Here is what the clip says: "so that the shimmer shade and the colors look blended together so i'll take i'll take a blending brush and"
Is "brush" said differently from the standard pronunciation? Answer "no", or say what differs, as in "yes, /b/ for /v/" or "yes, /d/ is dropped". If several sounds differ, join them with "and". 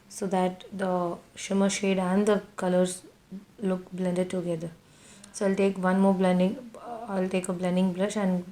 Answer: yes, /l/ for /ɹ/